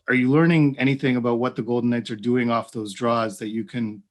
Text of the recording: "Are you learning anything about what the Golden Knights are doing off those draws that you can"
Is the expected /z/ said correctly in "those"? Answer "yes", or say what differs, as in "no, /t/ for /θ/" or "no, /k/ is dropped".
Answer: yes